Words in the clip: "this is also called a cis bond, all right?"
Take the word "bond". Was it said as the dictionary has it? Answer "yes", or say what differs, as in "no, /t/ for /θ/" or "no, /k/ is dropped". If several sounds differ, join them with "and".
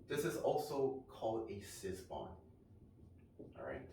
no, /d/ is dropped